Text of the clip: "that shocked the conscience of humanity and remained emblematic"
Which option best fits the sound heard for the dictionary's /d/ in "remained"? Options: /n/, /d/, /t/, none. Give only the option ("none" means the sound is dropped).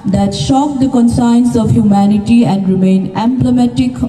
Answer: none